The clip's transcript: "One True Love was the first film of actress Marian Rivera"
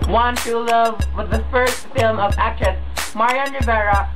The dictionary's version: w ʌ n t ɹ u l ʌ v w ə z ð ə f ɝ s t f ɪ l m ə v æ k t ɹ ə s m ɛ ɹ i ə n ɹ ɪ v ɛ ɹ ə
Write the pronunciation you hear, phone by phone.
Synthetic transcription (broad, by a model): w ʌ n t u l ʌ v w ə ð ə f ɝ s t f ɪ l m ə v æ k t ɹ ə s m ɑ ɹ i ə n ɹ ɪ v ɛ ɹ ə